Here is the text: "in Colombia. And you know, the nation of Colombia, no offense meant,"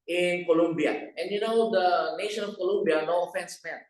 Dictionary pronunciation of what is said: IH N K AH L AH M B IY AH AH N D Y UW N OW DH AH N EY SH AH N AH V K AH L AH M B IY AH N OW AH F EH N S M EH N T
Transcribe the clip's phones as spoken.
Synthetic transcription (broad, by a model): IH N K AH L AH M B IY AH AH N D Y UW N OW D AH N EY SH AH N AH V K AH L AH M B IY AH N OW AH F EH N S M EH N